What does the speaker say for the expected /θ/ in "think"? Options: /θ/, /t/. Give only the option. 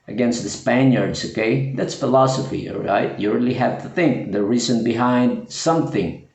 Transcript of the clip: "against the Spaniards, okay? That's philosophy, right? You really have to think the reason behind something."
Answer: /θ/